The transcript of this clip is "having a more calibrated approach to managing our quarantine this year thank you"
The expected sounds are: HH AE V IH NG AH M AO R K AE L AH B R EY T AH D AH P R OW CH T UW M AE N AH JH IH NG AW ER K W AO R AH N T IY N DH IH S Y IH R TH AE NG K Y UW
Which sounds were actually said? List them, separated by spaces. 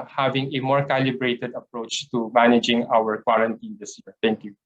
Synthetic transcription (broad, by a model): HH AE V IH NG AH M AO R K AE L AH B R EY T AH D AH P R OW CH T UW M AE N AH JH IH NG AW ER K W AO R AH N T IY N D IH S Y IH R T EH NG K Y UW